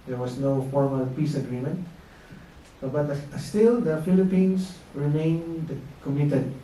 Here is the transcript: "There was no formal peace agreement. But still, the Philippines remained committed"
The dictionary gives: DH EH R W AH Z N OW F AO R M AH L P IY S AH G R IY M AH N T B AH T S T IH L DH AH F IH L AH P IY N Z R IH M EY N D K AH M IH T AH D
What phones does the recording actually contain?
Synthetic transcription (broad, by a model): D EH R W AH S N OW F AO R M AH L P IY S AH G R IY M AH N T B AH T S T IH L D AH F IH L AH P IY N S R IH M EY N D K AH M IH T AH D